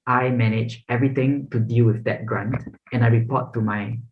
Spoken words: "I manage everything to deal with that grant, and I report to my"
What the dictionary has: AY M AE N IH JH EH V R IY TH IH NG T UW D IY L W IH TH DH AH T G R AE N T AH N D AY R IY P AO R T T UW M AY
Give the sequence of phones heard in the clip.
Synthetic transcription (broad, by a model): AY M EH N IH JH EH V R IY T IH NG T UW D IY L W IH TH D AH T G R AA N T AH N AY R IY P AO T T UW M AY